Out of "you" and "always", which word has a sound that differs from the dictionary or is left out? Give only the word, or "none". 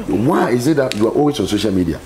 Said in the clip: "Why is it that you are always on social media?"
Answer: always